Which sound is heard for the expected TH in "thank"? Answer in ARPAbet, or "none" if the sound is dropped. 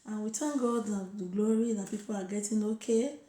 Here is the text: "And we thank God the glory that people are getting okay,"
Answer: T